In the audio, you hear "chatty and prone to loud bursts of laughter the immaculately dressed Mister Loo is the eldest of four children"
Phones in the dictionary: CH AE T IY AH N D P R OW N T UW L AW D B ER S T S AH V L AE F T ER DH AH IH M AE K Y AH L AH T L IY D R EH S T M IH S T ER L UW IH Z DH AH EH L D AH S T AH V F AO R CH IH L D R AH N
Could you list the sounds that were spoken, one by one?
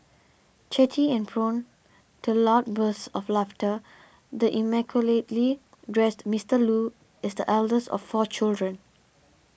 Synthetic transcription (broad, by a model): CH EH T IY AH N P R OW N T UW L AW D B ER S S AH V L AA F T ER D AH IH M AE K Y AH L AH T L IY D R EH S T M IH S T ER L UW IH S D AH EH L D AH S AH F AO CH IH L D R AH N